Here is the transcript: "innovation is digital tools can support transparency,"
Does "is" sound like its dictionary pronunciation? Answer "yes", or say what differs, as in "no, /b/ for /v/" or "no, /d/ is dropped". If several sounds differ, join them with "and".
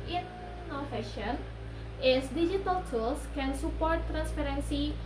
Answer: no, /s/ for /z/